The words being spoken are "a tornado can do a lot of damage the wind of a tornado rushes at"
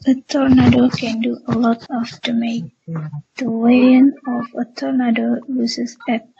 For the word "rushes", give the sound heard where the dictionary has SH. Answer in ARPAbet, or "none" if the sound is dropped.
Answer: S